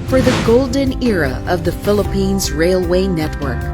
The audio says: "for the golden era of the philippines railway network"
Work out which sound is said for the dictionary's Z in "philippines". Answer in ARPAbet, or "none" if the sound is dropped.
Z